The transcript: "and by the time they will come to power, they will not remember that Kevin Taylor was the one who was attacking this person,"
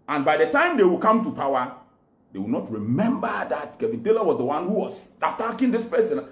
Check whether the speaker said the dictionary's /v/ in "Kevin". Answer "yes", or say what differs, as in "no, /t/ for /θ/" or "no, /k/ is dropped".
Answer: yes